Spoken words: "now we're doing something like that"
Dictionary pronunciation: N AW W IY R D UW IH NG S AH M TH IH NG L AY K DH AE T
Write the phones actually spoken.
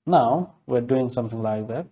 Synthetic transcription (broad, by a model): N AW W IY R D UW IH NG S AH M TH IH NG L AY K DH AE T